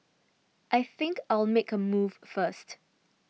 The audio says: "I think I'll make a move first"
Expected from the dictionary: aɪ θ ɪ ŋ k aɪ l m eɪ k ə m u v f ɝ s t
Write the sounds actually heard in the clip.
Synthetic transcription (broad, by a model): aɪ θ ɪ ŋ k aɪ l m eɪ k ə m u v f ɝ s t